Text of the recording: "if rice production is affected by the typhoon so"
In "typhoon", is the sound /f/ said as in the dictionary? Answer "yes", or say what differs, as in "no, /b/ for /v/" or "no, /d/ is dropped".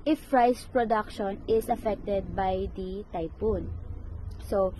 no, /p/ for /f/